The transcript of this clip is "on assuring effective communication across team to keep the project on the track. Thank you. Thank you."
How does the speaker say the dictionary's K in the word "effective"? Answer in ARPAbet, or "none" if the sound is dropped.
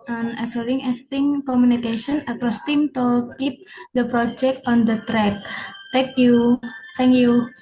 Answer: none